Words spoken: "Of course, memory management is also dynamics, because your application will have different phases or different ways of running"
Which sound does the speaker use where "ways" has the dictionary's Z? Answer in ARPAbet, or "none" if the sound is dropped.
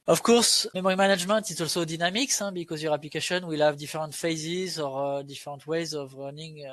Z